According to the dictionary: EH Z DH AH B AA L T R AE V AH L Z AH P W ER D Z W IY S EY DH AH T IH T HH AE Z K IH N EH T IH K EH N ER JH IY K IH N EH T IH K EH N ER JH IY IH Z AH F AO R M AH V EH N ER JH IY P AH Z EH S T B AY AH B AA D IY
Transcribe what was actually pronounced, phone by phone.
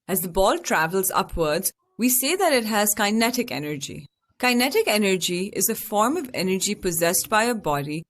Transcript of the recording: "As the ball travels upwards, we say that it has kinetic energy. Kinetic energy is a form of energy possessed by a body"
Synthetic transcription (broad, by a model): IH Z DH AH B AA L T R AE V AH L Z AH P W ER D Z W IY S EY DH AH T IH T HH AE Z K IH N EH T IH K EH N ER JH IY K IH N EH T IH K EH N ER JH IY IH Z AH F AO R M AH V EH N ER JH IY P AH Z EH S T B AY AH B AA D IY